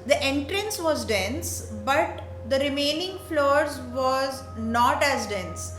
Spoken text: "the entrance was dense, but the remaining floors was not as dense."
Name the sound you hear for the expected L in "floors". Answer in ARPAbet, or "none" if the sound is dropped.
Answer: L